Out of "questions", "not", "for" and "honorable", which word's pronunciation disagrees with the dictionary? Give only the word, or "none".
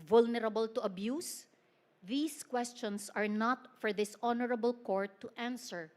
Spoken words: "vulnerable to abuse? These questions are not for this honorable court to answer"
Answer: questions